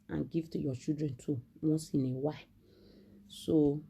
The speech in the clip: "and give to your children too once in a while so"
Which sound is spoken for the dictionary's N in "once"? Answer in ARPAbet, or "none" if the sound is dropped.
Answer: none